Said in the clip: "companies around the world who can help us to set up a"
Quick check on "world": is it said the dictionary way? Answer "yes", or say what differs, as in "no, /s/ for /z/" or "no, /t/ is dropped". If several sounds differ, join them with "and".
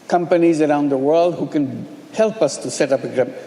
yes